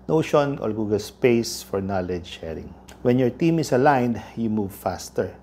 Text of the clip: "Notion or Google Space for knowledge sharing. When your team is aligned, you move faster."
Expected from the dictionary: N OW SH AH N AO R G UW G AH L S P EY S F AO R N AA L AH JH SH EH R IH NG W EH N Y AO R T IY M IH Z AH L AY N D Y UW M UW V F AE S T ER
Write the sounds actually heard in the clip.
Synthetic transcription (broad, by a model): N OW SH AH N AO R G UW G AH L S P EY S F AO R N AA L AH JH SH EH R IH NG W EH N Y AO R T IY M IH S AH L AY N D Y UW M UW V F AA S T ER